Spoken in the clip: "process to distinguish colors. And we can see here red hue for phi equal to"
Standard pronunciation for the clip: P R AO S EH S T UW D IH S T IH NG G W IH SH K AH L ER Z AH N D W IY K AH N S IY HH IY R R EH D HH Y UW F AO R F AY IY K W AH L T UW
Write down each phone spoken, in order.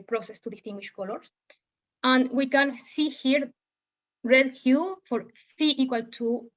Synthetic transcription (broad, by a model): P R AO S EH S T UW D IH S T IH NG G W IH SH K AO L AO S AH N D W IY K AH N S IY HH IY R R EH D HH Y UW F AO R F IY IY K W AH L T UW